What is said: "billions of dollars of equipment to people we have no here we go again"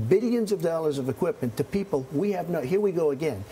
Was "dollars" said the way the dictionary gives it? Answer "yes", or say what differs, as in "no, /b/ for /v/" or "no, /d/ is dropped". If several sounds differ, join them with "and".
yes